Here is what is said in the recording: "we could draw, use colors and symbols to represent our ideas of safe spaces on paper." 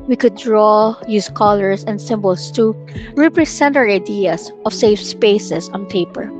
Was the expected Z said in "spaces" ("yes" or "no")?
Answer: no